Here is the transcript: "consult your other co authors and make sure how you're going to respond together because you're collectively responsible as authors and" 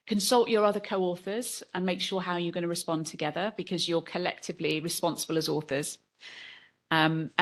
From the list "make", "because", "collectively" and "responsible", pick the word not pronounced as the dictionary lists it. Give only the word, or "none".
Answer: none